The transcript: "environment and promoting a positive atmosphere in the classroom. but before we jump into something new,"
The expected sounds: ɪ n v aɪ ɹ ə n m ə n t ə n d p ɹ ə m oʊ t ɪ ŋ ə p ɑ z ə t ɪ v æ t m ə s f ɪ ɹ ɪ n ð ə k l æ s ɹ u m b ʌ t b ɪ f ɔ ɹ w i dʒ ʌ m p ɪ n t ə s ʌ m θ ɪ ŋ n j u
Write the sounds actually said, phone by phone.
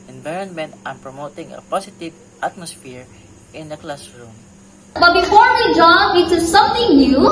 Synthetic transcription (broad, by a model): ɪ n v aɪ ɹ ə n m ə n t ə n p ɹ ə m oʊ t ɪ ŋ ə p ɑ s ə t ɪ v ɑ t m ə s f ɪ ɹ ɪ n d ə k l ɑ s ɹ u m b ʌ t b ɪ f ɔ ɹ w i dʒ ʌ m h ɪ t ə s ʌ m θ ɪ ŋ n j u